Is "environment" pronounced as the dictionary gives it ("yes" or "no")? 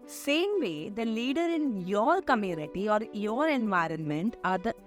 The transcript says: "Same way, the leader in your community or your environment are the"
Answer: yes